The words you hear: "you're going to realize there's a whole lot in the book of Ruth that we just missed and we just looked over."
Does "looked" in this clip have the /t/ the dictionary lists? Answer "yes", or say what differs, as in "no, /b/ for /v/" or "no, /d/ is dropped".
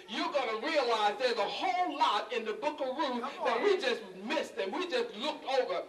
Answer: yes